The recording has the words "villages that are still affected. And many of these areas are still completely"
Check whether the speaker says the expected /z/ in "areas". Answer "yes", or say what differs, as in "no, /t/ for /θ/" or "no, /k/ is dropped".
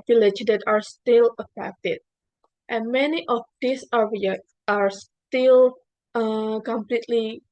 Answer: no, /z/ is dropped